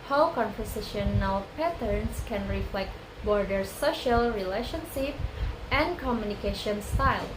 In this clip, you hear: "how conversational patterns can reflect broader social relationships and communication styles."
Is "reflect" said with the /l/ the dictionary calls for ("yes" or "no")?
yes